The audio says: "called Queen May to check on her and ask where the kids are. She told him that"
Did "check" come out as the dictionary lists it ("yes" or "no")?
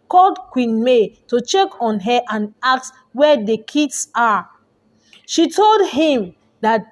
yes